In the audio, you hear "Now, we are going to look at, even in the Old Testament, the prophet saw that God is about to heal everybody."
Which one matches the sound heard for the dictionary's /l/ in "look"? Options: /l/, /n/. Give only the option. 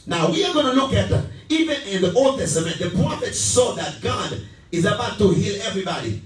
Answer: /n/